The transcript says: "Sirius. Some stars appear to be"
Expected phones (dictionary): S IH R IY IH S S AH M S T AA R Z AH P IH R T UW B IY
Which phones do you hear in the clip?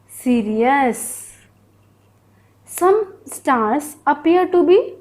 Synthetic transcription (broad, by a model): S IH R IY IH S S AH M S T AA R S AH P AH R T UW B IY